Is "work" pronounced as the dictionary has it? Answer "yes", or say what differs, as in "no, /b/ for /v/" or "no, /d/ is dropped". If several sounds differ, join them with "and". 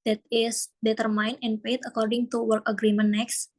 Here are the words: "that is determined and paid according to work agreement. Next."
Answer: yes